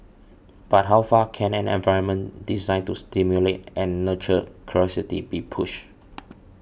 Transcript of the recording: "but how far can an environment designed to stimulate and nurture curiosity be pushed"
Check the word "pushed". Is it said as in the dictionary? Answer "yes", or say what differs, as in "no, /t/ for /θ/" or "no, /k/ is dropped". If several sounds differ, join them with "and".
no, /t/ is dropped